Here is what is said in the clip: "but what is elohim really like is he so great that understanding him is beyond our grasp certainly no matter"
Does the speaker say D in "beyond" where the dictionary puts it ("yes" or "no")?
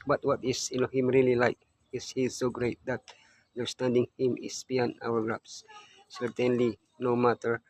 no